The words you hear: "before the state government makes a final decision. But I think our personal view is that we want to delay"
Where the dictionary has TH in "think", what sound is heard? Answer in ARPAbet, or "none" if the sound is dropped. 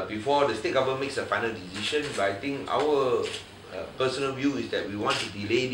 T